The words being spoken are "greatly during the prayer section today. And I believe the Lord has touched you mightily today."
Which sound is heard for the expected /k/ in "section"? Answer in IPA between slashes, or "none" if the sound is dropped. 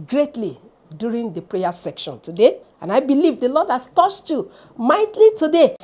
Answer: /k/